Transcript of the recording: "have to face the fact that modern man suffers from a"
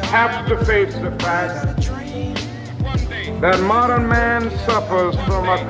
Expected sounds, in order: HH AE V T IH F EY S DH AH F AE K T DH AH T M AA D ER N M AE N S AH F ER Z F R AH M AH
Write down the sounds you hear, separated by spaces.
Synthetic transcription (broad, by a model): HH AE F T IH F EY S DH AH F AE T DH AH T M AA D ER N M AE N S AH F ER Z F R AH M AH